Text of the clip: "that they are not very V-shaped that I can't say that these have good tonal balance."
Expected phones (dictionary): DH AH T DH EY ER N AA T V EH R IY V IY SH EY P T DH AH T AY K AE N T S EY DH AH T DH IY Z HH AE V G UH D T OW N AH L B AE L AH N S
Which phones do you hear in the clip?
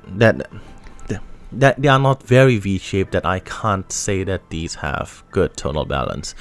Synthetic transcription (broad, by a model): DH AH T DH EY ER N AA T V EH R IY V IY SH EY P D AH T AY K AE N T S EY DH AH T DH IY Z HH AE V G UH D T OW N AH L B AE L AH N S